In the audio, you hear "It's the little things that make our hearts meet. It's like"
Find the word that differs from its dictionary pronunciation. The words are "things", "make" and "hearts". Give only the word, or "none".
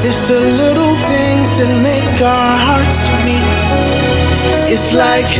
none